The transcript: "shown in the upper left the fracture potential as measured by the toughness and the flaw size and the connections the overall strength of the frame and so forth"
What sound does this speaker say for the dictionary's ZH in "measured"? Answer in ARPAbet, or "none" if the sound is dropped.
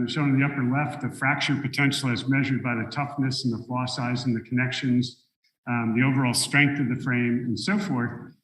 ZH